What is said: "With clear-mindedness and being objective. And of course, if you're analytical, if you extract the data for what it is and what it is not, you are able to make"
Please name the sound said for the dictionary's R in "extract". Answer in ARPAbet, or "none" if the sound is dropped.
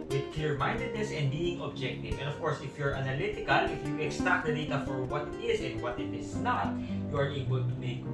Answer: none